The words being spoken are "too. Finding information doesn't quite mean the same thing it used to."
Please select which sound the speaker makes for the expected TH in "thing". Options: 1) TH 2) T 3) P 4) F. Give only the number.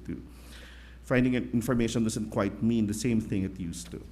1